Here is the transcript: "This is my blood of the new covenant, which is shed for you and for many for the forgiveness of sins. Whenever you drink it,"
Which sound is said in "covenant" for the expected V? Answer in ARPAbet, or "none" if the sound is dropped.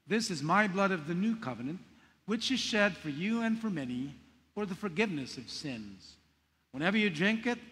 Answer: V